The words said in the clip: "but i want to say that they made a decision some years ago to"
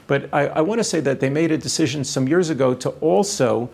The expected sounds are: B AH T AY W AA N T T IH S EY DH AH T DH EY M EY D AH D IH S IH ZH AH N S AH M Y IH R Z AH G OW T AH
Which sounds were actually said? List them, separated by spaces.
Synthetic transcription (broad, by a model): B AH T AY W AA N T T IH S EY DH AH T DH EY M EY D AH D IH S IH ZH AH N S AH M Y IH R Z AH G OW T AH